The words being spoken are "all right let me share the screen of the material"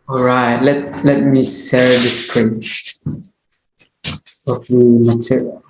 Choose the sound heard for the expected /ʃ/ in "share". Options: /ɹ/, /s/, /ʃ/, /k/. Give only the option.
/s/